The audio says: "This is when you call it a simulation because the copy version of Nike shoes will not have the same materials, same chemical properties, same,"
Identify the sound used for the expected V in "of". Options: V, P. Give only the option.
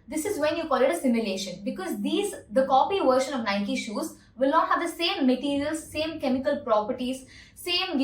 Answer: V